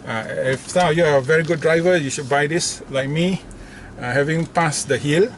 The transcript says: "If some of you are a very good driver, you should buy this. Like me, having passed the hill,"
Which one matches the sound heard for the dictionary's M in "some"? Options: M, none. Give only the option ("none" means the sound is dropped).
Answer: none